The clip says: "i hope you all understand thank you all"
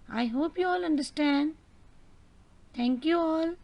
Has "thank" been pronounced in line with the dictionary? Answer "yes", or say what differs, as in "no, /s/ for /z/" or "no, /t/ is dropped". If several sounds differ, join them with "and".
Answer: no, /t/ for /θ/